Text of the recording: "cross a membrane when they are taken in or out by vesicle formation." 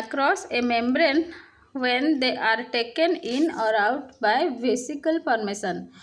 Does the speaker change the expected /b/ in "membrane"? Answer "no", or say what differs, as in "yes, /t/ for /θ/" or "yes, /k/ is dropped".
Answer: no